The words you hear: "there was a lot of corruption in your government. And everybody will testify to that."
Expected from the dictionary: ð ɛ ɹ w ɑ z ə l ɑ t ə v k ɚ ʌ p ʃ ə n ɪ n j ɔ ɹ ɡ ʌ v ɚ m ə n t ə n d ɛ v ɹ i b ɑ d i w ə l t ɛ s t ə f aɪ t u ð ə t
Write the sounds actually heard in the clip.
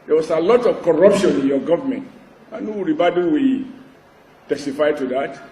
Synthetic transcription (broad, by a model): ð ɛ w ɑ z ə l ɑ t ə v k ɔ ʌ p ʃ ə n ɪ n j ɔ ɡ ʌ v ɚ m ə n t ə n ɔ ɹ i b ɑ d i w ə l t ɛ s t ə f aɪ t u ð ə t